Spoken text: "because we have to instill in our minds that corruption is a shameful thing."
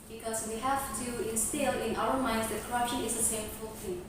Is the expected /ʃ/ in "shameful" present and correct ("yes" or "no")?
no